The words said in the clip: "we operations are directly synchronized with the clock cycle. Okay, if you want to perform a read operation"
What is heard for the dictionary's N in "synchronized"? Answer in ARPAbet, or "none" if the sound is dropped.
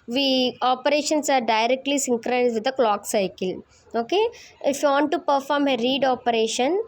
none